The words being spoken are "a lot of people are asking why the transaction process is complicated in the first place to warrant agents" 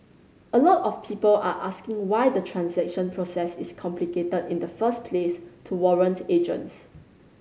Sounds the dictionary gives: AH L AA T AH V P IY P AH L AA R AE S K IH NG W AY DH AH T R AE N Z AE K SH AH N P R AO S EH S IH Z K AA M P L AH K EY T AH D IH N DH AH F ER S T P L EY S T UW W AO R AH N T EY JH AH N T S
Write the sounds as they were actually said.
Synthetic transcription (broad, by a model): AH L AA T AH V P IY P AH L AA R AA S K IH NG W AY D AH T R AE N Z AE K SH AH N P R AO S EH S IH S K AA M P L AH K EY T AH D IH N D AH F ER S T P L EY S T UW W AO R AH N T EY JH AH N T S